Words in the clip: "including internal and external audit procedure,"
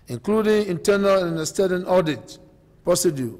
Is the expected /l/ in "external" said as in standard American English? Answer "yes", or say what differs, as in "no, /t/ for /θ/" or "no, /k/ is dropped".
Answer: no, /n/ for /l/